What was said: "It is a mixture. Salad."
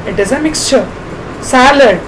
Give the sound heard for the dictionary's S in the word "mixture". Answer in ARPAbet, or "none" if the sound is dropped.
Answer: S